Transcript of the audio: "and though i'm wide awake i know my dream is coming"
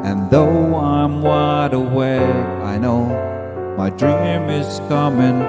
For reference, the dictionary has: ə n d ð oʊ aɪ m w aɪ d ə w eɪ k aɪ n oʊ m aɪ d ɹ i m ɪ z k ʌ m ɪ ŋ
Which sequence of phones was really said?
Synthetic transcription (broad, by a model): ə n ð oʊ aɪ m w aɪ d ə w eɪ aɪ n oʊ m aɪ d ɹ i m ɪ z k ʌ m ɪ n